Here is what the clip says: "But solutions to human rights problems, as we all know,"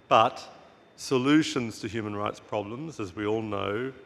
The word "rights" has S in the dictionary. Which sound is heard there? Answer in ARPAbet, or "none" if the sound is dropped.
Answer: S